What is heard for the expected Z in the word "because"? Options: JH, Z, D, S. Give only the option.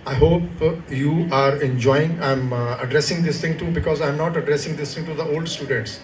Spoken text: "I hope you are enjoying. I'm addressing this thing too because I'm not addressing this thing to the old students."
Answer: Z